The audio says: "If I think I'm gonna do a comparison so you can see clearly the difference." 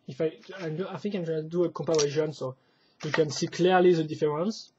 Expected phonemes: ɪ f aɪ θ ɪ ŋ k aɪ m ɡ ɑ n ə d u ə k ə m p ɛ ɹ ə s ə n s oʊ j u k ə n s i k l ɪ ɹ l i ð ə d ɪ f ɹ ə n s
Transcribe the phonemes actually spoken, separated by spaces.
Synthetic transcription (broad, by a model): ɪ f aɪ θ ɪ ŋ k aɪ m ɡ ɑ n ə d u ə k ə p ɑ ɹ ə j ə n s oʊ j u k ə n s i k l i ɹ l i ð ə d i f ɹ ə n s